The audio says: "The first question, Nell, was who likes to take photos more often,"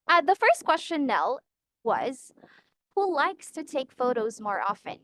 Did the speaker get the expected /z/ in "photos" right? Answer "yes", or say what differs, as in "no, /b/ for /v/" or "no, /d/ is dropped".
yes